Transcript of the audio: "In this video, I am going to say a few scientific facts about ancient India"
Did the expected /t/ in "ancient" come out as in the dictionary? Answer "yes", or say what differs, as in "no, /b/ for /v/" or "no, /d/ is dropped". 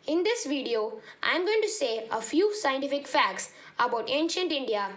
yes